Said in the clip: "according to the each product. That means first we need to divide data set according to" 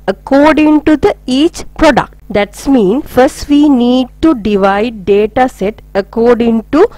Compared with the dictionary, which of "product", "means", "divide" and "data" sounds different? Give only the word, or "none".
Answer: means